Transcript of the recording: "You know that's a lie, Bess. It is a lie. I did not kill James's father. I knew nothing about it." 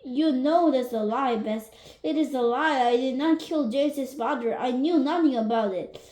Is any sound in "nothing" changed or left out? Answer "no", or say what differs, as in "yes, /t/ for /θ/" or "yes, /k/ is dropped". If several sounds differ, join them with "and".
no